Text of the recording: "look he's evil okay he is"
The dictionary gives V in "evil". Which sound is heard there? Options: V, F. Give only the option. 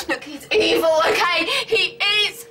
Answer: V